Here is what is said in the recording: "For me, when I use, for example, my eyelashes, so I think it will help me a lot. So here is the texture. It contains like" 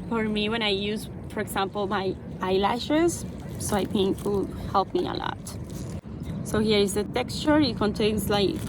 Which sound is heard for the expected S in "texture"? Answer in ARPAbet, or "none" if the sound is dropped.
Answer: S